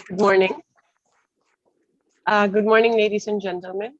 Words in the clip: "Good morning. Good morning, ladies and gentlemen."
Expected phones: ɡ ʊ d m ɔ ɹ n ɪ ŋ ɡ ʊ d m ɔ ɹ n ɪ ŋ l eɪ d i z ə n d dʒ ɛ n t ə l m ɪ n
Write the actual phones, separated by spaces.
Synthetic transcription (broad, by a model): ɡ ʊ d m ɔ ɹ n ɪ ŋ ɡ ʊ d m ɔ ɹ n ɪ ŋ l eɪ d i s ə n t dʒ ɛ n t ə l m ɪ n